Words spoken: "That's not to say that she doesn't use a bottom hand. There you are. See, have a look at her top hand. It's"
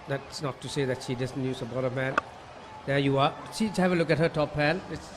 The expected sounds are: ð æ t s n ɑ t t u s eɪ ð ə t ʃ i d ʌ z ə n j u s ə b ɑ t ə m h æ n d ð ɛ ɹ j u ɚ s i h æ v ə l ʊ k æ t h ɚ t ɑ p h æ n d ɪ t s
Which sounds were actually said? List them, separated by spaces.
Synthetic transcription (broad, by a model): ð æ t s n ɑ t t u s eɪ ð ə t ʃ i d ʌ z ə n j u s ə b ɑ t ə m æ n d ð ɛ j u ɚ ʃ i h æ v ə l ʊ k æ t h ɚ t ɑ p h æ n ɪ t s